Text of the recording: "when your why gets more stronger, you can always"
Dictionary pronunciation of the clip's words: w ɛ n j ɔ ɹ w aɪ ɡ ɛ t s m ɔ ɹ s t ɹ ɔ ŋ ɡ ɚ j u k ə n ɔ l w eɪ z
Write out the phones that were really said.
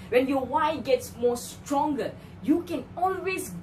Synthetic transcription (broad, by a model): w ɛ n j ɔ w aɪ ɡ ɛ t s m ɔ s t ɹ ɔ ŋ ɡ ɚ j u k ə n ɔ l w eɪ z